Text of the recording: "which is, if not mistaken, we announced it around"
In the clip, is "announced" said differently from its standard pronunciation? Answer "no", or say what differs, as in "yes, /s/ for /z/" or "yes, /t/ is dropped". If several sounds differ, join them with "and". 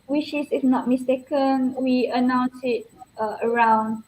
yes, /t/ is dropped